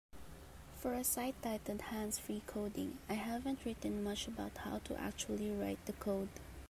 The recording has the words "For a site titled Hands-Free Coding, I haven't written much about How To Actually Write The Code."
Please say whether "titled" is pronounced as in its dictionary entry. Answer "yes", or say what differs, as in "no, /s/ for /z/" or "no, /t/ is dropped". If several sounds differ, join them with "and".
no, /l/ is dropped